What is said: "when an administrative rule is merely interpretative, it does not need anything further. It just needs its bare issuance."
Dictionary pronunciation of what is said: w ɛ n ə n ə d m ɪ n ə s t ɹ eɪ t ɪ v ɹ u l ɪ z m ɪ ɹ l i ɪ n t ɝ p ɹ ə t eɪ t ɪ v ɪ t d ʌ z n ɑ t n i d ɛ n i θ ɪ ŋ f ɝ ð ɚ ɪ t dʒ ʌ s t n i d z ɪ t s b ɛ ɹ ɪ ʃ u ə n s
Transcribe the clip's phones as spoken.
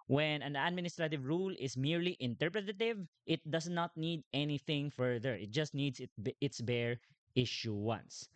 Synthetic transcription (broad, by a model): w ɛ n ə n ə d m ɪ n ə s t ɹ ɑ t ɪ v ɹ u l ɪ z m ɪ ɹ l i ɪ n t ɝ p ɹ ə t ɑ t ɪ v ɪ t d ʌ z n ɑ t n i d ɛ n i θ ɪ ŋ f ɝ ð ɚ ɪ t dʒ ʌ s t n i d s ɪ t s b ɛ ɹ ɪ ʃ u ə n s